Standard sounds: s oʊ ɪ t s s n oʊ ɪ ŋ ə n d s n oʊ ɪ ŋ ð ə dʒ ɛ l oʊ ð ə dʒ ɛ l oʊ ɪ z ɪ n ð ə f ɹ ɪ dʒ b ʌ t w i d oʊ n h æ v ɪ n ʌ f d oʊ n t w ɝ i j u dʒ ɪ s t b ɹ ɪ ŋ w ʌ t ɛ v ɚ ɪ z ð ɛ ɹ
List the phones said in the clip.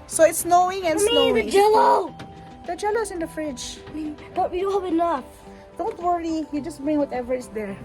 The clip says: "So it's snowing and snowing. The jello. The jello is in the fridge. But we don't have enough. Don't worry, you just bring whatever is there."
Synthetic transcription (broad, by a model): s oʊ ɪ t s s n oʊ ɪ ŋ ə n s n oʊ ɪ ŋ dʒ ɛ l oʊ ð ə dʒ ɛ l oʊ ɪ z ɪ n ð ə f ɹ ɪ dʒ b ʌ t w i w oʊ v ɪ l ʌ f d oʊ n t w ɝ i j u dʒ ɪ s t b ɹ ɪ ŋ w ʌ t ɛ v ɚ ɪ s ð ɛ ɹ